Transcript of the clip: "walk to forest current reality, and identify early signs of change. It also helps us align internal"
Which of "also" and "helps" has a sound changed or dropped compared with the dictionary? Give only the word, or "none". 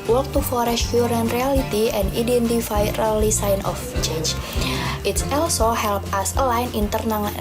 helps